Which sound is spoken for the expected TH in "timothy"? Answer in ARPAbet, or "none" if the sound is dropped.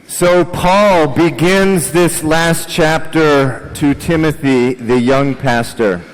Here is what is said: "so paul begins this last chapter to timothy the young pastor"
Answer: TH